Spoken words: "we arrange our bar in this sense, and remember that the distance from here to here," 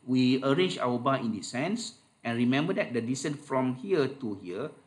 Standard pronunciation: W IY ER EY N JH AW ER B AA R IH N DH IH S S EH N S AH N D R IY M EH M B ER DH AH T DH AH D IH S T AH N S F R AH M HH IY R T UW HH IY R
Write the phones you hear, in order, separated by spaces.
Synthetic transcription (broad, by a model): W IY ER EY N JH AW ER B AA IH N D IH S S EH N S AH N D R IY M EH M B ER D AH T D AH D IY S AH N F R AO M HH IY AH T UW HH IY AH